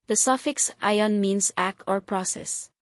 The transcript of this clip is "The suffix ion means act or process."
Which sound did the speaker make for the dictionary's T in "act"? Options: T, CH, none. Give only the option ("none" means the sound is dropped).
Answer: T